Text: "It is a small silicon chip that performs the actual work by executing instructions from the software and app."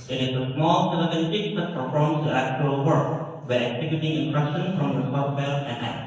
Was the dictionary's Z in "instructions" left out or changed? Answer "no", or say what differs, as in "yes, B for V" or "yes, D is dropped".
yes, Z is dropped